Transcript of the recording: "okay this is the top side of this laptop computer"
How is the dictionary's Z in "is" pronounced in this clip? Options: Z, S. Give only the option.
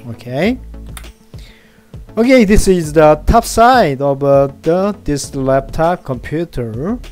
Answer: Z